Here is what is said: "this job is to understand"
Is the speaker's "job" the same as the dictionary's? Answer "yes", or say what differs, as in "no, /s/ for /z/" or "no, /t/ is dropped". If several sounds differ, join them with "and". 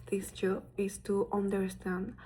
no, /b/ is dropped